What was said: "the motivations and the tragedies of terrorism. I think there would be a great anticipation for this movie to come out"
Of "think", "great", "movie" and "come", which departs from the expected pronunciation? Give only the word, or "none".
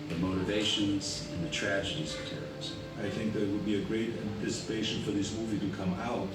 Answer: none